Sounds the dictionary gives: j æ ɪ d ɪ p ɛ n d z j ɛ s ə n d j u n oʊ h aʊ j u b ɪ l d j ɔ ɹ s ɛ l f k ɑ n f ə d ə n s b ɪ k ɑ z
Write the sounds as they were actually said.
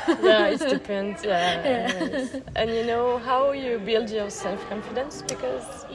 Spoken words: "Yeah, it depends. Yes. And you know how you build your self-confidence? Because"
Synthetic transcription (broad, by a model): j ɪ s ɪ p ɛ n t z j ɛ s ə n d j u n oʊ h aʊ j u b ɪ l d j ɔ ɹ s ɛ l f k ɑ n f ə d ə n s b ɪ k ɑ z